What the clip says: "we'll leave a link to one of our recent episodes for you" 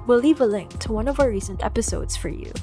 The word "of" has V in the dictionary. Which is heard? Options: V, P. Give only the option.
V